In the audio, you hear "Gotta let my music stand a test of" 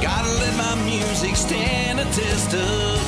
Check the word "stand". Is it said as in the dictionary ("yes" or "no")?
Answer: no